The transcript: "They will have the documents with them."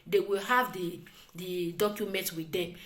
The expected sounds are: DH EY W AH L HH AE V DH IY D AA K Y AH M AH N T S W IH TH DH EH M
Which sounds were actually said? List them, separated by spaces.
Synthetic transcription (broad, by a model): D EY W AH L HH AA V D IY D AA K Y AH M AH N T W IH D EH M